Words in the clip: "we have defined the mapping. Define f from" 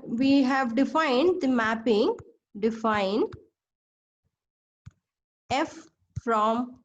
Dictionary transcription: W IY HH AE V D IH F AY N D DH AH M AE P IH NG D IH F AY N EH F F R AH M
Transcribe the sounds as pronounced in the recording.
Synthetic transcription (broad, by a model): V IY HH AE V D IH F AY N D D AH M AE P IH NG D IH F AY N EH F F R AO M